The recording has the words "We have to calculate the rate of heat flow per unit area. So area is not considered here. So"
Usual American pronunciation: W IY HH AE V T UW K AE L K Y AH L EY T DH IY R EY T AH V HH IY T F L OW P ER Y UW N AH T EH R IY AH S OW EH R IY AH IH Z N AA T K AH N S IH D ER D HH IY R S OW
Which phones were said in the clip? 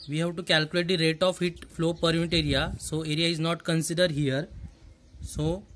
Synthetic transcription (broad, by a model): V IY HH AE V T UW K AE L K Y AH L EY T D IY R EY T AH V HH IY T F L OW P ER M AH T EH R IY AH S OW EH R IY AH IH Z N AA T K AH N S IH D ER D HH IY R S OW